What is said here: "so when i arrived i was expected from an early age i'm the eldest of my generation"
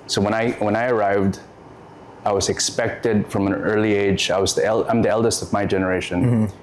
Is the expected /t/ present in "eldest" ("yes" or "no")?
yes